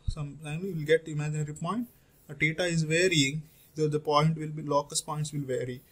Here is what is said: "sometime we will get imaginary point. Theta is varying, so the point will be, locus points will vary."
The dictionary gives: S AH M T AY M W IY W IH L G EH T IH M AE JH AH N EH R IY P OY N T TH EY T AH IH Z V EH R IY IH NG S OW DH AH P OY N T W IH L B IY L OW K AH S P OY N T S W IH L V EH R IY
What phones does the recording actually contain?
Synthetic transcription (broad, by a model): S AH M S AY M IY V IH L G EH T IH M AE JH AH N EH R IY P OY N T T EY T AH IH Z V EH R IY IH NG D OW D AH P OY N T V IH L B IY L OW K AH S P OY N T S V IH L V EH R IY